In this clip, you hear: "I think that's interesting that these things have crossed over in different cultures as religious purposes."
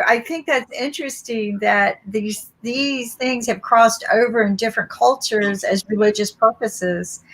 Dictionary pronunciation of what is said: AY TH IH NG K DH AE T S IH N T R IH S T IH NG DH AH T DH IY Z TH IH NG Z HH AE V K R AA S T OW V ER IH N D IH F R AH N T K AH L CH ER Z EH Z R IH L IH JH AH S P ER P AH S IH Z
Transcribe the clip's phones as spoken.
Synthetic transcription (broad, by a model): AY TH IH NG K DH AE T S IH N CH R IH S T IH NG DH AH T DH IY Z TH IH NG Z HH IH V K R AA S T OW V ER IH N D IH F R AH N K AH L CH ER Z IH Z R IH L IH JH AH S P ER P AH S IH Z